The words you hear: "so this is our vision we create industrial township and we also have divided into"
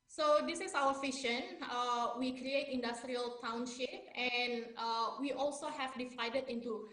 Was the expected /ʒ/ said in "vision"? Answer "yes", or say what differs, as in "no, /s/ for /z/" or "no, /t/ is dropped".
no, /ʃ/ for /ʒ/